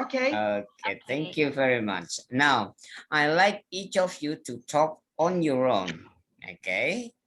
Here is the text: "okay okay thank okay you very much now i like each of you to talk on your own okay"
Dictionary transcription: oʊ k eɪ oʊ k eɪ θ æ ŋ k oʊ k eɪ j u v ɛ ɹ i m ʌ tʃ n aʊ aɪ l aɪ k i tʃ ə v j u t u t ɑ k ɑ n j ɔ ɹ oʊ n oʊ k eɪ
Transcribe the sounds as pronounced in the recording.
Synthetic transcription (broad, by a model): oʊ k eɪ oʊ k eɪ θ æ ŋ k k j u v ɛ ɹ i m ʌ tʃ n aʊ aɪ l aɪ k i tʃ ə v j u t u t ɑ k ɑ n j ɔ ɹ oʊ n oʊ k eɪ